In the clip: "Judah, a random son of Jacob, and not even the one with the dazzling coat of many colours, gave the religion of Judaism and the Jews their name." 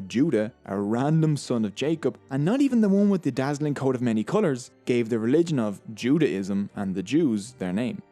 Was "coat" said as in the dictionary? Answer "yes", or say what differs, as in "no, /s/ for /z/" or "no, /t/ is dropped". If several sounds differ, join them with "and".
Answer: yes